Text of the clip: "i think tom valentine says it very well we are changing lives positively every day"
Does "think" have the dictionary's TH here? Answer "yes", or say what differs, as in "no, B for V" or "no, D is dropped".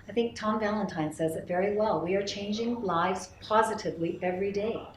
yes